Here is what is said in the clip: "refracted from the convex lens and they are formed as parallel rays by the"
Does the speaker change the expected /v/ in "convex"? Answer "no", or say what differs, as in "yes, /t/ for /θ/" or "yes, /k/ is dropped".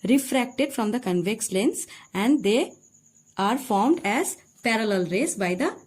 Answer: no